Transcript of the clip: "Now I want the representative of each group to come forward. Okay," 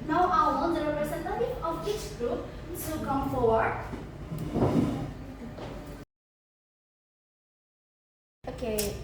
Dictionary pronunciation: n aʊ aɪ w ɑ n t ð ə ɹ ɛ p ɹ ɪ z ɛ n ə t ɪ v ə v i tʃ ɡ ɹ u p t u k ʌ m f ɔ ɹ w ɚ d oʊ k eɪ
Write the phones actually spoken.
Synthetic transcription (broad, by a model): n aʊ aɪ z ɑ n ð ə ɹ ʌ ɹ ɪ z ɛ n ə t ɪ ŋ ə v i tʃ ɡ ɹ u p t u k ʌ m f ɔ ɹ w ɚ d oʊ k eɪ